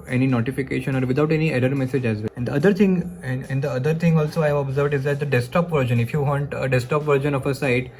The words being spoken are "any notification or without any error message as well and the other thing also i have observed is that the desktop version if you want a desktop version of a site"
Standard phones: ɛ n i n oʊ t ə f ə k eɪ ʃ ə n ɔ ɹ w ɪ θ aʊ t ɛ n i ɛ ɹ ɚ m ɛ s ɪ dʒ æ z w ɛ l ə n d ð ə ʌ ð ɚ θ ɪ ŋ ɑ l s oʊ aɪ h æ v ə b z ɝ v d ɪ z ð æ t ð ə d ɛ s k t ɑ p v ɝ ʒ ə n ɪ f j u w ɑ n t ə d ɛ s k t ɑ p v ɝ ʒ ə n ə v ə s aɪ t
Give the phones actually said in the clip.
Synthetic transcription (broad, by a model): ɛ n i n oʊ t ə f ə k eɪ ʃ ə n ɔ ɹ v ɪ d aʊ t ɛ n i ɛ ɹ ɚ m ɛ s ɪ dʒ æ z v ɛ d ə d d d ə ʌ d ɚ t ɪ ŋ ɑ l s oʊ aɪ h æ v ə b z ɝ v d ɪ z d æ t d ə d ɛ s t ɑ p v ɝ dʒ ə n ɪ f j u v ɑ n t ə d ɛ s t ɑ p v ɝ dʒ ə n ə f ə s aɪ t